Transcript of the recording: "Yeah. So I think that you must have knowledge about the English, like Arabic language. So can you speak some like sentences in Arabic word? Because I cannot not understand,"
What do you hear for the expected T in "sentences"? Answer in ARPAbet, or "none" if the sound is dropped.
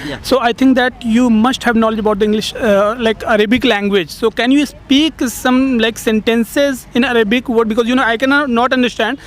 T